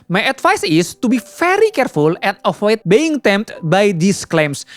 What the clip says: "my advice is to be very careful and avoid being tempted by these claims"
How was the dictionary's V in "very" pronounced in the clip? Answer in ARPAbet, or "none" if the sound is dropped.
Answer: F